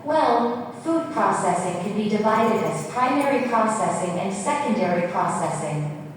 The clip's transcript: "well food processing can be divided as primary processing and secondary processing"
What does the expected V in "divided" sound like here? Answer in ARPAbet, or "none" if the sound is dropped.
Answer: V